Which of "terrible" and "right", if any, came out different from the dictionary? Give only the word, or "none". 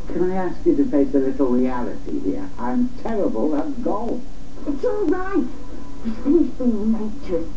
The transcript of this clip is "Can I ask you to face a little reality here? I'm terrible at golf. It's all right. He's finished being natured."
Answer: none